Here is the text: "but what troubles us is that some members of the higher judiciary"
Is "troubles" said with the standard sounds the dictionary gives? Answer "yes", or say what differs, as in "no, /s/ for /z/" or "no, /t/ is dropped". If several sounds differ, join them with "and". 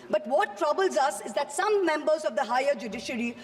yes